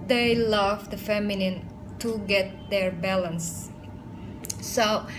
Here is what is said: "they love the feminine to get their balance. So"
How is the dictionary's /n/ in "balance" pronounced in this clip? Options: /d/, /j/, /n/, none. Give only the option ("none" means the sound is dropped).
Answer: /n/